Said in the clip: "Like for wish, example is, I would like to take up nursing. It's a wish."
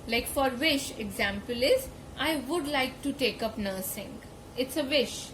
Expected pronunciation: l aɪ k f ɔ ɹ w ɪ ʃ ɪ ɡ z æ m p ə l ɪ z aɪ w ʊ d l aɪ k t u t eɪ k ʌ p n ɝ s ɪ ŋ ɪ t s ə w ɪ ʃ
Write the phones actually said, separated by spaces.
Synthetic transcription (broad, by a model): l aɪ k f ɔ ɹ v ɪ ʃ ɪ ɡ z æ m p ə l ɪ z aɪ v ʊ d l aɪ k t u t eɪ k ʌ p n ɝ s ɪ ŋ ɪ t s ə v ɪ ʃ